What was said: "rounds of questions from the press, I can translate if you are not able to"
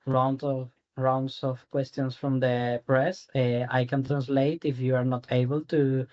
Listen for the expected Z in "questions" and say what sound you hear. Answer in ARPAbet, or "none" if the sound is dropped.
S